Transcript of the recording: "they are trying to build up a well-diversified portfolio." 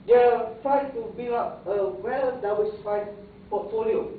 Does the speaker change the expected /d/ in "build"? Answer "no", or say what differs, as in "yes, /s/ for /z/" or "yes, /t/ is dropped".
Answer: yes, /d/ is dropped